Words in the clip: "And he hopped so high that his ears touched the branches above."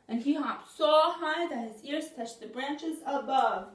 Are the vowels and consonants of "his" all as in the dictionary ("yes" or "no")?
yes